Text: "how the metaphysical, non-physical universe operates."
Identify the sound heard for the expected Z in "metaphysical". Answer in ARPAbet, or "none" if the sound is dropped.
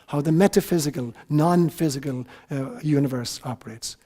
Z